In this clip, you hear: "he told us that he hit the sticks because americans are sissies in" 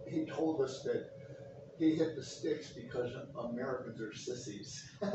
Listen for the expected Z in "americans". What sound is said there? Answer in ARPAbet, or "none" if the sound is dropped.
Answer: Z